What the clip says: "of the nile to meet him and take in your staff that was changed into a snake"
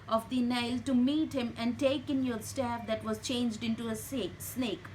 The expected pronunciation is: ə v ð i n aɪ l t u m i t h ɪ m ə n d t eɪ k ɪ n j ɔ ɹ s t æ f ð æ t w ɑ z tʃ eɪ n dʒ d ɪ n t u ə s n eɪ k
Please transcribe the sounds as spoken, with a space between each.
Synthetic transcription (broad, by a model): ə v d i n aɪ l t u m i t h ɪ m ə n d t eɪ k ɪ n j ɔ ɹ s t æ f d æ t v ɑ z tʃ eɪ n dʒ d ɪ n t u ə s n eɪ k